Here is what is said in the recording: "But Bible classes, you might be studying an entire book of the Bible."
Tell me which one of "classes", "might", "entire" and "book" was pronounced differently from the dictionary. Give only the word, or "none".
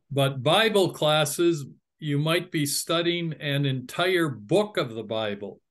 none